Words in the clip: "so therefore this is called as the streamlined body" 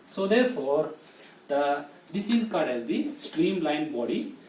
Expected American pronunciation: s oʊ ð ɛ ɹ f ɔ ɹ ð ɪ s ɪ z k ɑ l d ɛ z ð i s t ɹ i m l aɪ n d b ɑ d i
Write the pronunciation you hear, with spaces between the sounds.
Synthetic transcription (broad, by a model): s oʊ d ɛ ɹ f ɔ ɹ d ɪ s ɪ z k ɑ d ɛ z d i s t ɹ i m l aɪ n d b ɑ d i